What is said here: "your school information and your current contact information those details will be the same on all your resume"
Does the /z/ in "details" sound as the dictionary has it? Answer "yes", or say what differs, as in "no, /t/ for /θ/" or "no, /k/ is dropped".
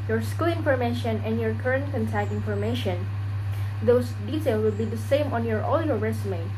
no, /z/ is dropped